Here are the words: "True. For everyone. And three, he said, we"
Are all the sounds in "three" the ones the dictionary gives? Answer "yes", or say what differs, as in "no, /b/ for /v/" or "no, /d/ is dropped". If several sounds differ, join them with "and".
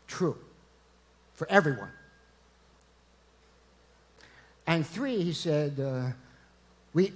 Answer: yes